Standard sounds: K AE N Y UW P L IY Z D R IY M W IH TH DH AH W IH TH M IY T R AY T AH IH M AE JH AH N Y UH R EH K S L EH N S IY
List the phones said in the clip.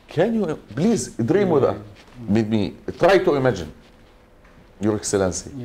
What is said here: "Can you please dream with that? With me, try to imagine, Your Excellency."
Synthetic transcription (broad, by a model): K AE N Y UW B L IY Z D R IY M W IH DH AH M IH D M IY T R AY T AH IH M AE JH AH N Y UH R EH K S L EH N S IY